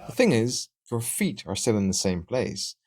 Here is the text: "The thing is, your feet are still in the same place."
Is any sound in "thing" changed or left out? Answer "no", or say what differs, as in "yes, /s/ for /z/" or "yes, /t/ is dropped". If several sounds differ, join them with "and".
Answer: no